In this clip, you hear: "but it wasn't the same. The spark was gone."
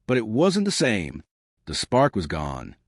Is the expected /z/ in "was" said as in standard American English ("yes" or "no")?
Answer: yes